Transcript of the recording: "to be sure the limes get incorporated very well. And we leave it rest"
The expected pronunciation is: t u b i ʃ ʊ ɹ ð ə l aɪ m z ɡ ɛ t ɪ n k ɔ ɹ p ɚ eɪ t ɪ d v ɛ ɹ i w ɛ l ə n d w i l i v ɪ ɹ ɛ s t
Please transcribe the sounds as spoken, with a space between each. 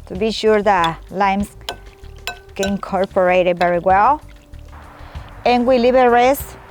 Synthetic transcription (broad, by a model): t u b i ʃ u ɹ ð ə l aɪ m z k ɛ ɪ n k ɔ ɹ p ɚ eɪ t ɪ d v ɛ ɹ i w ɛ l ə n w i l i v ɪ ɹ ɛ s